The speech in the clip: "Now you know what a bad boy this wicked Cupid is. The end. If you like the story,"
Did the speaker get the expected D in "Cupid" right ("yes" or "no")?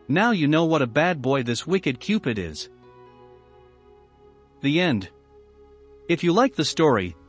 yes